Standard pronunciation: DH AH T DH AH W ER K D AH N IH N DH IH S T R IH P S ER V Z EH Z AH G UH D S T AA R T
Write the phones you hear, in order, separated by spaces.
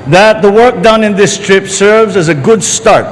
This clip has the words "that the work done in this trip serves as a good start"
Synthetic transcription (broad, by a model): DH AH T DH AH W ER K D AH N IH N DH IH S T R IH P S ER V Z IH Z AH G UH D S T AA R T